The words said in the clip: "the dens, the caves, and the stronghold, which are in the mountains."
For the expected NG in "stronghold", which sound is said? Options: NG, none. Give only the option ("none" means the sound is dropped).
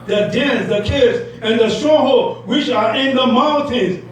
none